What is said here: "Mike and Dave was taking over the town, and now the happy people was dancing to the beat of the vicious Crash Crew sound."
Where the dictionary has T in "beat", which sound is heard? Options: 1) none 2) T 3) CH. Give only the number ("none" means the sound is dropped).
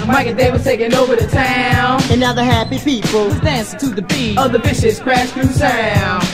1